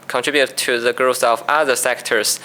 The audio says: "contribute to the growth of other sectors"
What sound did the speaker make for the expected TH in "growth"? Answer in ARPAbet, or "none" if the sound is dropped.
S